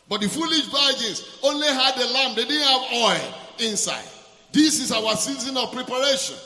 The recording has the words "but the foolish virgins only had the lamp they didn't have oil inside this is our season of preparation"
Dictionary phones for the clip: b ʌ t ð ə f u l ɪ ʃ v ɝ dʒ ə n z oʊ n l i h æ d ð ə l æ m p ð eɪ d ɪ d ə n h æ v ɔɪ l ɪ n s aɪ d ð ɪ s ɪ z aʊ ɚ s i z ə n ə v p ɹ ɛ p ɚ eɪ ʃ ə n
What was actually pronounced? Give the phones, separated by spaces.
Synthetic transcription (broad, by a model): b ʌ t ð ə f u l ɪ ʃ b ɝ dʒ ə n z oʊ n l i h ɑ d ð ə l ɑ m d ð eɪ d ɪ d n h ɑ v ɔɪ l ɪ n s aɪ d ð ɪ s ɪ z aʊ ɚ s i z ə n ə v p ɹ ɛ p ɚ eɪ ʃ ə n